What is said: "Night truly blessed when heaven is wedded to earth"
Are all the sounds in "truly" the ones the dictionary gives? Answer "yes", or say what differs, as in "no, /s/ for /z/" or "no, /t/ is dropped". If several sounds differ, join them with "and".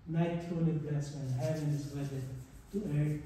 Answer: no, /n/ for /l/